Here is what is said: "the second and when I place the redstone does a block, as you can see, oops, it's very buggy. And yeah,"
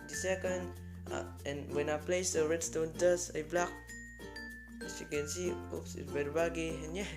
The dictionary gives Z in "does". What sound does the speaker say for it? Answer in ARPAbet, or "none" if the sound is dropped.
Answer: S